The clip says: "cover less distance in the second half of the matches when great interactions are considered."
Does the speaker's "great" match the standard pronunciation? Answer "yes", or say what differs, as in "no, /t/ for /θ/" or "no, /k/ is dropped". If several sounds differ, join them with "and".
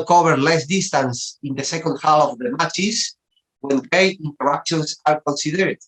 no, /ɹ/ is dropped